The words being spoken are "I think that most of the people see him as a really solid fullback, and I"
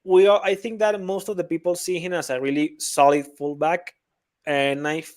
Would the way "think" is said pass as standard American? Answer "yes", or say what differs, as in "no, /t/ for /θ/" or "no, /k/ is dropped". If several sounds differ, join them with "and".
yes